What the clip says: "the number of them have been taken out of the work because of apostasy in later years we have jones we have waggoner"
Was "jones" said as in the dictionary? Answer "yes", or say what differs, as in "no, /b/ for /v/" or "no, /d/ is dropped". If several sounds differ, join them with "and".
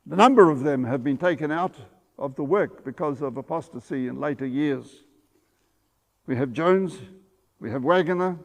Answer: yes